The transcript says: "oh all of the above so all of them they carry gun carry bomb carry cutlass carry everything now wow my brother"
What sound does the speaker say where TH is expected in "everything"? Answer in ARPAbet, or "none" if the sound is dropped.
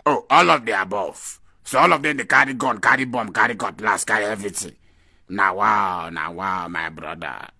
T